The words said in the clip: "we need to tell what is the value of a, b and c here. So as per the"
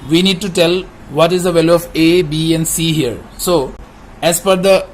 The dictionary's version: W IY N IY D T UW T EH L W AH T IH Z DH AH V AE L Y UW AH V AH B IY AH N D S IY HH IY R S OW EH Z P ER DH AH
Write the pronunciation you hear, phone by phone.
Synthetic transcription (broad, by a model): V IY N IY D T UW T EH L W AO T IH Z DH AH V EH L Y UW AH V AH B IY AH N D S IY HH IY R S OW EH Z F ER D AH